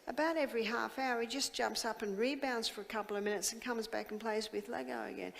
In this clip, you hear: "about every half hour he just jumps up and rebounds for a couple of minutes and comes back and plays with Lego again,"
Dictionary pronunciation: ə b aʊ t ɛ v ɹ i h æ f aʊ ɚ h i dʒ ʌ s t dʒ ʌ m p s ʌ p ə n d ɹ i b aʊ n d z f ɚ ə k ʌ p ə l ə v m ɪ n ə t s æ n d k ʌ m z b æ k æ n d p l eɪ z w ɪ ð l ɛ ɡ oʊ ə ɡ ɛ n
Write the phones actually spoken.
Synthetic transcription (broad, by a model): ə b aʊ t ɛ v ɹ i h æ f aʊ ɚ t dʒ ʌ s dʒ ʌ m p s ʌ p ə n ɹ i b aʊ n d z f ɚ ə k ʌ p l ə v m ɪ n ə t s n k ʌ m z b æ k n p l eɪ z w ɪ ð l ɛ ɡ oʊ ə ɡ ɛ n